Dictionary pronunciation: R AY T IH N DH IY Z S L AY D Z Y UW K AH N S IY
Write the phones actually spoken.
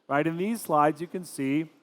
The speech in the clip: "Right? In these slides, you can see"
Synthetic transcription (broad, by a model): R AY T IH N DH IY Z S L AY D Z Y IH K AH N S IY